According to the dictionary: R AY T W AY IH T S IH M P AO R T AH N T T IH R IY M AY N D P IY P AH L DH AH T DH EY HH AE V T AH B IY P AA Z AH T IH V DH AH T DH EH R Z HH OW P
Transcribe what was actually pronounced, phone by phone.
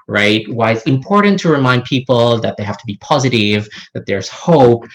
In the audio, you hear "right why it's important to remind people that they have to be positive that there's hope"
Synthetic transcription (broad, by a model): R AY T W AY IH T S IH M P AO R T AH N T T IH R IY M AY N D P IY P L DH AH T DH EY HH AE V T AH B IY P AA Z AH T IH V DH AH T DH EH R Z HH OW P